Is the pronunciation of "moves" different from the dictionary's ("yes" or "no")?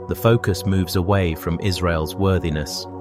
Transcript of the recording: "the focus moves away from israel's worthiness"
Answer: no